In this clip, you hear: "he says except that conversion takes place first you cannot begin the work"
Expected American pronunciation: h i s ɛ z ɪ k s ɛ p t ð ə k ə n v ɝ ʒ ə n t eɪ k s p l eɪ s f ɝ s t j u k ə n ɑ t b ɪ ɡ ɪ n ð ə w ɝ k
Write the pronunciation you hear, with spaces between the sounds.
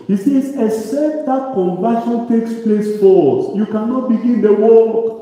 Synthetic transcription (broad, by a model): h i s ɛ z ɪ s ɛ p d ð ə k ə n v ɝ ʃ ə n t eɪ k s p l eɪ s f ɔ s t j u k ə n ɑ t b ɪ ɡ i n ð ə w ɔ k